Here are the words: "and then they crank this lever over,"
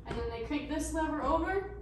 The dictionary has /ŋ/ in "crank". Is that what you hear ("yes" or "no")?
no